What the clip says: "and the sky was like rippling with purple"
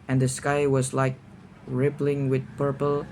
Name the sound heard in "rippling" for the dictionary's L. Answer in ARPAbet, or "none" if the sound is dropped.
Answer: L